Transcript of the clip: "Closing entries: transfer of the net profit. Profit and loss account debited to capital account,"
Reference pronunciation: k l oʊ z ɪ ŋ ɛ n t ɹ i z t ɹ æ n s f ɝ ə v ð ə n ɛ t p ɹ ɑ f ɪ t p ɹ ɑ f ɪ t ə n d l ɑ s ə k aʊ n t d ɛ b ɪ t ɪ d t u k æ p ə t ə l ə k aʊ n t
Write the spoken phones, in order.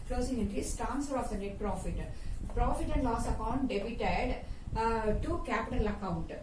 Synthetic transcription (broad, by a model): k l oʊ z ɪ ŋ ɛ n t i s t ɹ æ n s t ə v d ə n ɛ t p ɹ ɑ f ɪ t p ɹ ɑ f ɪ t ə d l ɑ s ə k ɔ n d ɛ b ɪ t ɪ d t u k æ p ə t ə l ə k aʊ n t